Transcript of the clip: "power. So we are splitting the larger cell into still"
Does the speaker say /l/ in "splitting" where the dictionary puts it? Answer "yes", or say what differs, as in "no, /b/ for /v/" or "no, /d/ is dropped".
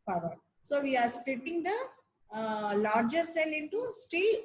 no, /l/ is dropped